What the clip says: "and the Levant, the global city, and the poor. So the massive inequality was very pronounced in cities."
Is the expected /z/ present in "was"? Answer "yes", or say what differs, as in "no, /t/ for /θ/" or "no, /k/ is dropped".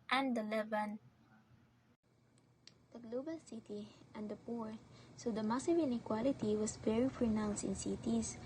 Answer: no, /s/ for /z/